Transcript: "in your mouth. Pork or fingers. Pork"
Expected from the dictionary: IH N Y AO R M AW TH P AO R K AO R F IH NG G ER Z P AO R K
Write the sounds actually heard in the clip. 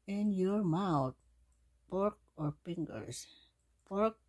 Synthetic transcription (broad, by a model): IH N Y AO R M AW T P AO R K AO R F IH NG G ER S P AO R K